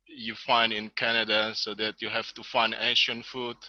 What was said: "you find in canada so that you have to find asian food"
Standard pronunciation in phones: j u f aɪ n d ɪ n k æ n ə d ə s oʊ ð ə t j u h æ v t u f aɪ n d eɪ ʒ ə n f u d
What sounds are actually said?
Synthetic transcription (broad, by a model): j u f aɪ n d ɪ n k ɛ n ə d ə s oʊ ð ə t j u h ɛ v t u f aɪ n d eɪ ʃ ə n f u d